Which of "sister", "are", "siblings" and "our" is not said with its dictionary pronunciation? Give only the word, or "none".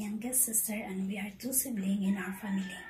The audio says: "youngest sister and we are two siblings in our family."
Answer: siblings